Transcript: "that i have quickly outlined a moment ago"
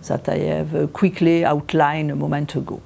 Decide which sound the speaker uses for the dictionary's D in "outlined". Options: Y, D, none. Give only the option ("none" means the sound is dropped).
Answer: none